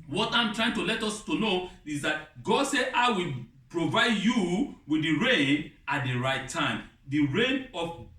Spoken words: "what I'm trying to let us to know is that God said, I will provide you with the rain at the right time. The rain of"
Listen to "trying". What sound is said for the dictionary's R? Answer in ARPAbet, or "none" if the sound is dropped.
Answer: R